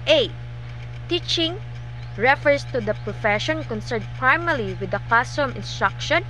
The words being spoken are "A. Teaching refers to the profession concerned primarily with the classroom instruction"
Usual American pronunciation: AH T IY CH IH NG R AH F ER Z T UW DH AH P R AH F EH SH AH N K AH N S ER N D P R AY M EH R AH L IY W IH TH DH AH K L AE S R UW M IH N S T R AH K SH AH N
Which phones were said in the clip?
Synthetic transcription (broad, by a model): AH T IY CH IH NG R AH F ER S T UW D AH P R AH F EH SH AH N K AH N S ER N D P R AY M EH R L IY W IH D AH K AA S AO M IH N S T R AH K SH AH N